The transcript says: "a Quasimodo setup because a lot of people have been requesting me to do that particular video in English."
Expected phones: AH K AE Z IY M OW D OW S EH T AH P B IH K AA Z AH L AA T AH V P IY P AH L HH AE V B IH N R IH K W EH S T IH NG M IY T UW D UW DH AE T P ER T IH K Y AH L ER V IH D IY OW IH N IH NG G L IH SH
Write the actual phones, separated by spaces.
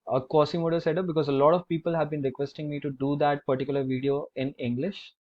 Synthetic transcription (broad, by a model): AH K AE S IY M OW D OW S EH T AH P B IH K AA Z AH L AA T AH V P IY P AH L HH AE V B IH N R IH K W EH S T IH NG M IY T UW D UW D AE T P ER T IH K Y AH L ER V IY D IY OW IH N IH NG G L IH SH